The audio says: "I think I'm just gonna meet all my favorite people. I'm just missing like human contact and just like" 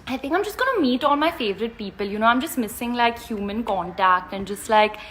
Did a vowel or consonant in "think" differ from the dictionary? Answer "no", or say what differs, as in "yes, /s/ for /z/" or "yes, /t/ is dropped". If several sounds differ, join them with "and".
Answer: no